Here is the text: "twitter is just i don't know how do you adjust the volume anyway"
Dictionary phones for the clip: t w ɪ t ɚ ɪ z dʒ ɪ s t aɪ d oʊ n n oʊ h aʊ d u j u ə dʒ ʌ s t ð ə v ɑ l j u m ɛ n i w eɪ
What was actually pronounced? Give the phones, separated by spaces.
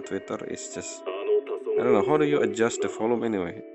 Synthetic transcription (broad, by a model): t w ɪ t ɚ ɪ s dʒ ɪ s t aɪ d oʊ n n oʊ h aʊ d u j u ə dʒ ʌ s t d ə f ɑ l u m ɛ n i w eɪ